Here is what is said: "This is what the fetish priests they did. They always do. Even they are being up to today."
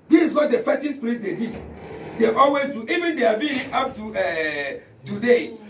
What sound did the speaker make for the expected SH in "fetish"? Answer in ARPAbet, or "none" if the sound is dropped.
S